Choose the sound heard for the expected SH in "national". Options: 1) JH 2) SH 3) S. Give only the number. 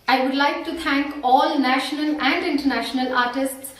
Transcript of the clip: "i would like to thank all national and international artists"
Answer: 2